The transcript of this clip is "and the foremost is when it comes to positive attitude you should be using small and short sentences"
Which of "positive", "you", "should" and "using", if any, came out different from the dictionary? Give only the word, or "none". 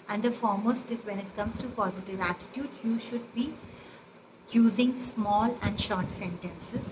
none